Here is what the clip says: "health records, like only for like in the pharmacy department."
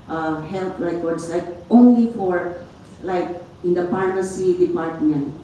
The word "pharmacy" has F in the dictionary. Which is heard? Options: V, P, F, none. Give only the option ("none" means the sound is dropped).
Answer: P